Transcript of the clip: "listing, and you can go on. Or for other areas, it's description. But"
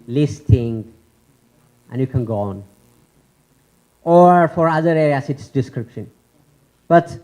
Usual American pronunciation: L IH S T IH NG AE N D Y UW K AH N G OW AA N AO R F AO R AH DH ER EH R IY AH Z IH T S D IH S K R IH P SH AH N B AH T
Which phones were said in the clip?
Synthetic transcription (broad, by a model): L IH S T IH NG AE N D Y UW K AH N G OW AA N AO R F AO R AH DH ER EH R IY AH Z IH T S D IH S K R IH P SH AH N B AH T